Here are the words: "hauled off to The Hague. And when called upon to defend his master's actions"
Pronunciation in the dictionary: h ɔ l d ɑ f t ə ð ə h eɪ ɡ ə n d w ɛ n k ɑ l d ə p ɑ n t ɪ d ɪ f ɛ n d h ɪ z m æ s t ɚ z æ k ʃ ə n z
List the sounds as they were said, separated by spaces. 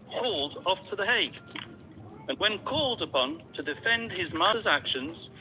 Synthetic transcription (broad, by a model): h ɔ l d ɑ f t ə ð ə h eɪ ə n w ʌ n k ɑ l d ə p ɑ n t ɪ d ɪ f ɛ n d ɪ z m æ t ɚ z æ k ʃ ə n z